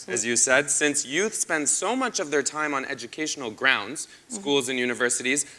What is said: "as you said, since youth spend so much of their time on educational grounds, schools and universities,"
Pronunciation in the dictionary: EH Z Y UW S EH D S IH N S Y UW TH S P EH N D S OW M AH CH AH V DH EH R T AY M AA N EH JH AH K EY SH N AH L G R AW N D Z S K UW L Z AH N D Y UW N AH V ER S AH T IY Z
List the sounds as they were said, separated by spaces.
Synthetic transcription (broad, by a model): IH Z Y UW S EH D S IH N S Y UW TH S P EH N D S OW M AH CH AH V DH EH R T AY M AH N EH JH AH K EY SH N L G R AW N D Z S K UW L Z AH N Y UW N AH V ER S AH T IY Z